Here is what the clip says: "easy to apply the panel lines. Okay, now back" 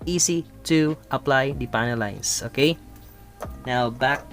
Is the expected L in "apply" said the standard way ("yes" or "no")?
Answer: yes